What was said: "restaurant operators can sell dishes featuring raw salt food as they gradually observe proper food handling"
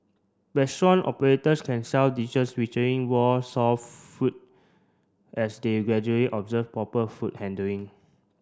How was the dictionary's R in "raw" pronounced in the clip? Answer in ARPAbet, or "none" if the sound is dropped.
W